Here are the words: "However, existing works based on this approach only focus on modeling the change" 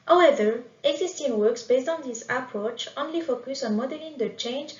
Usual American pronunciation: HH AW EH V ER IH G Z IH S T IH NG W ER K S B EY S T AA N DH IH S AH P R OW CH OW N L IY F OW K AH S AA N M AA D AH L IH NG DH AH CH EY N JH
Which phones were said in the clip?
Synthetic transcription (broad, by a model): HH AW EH V ER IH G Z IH S T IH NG W ER K S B EY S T AA N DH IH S AH P R OW CH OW N L IY F OW K AH S AA N M AA D AH L IH NG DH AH CH EY N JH